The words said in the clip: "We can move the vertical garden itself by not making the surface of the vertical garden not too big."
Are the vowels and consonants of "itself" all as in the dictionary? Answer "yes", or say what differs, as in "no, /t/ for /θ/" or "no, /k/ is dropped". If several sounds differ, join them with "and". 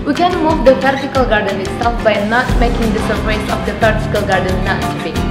no, /l/ is dropped